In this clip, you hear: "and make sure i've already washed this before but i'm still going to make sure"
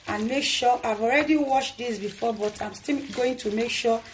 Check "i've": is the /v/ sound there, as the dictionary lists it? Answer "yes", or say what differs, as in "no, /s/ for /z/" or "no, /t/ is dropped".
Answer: yes